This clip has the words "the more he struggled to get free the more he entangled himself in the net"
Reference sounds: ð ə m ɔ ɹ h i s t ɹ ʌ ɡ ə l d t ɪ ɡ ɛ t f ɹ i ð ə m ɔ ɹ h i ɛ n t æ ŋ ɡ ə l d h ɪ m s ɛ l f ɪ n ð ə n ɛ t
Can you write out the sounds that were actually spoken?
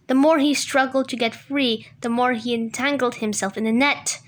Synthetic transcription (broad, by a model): ð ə m ɔ ɹ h i s t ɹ ʌ ɡ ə l d t ɪ ɡ ɛ t f ɹ i ð ə m ɔ ɹ i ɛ n t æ ŋ ɡ l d h ɪ m s ɛ l f ɪ n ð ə n ɛ t